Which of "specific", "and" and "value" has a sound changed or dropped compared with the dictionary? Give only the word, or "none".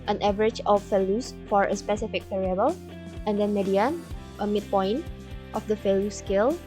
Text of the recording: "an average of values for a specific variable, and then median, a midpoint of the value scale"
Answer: value